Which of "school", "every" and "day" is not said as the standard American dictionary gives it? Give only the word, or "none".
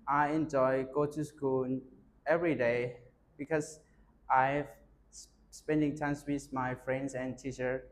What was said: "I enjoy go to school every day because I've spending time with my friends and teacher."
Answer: school